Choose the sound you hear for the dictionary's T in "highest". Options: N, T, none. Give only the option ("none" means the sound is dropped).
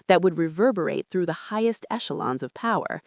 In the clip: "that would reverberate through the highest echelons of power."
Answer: T